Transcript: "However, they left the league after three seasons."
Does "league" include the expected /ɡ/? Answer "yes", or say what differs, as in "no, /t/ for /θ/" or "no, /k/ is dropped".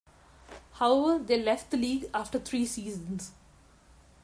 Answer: yes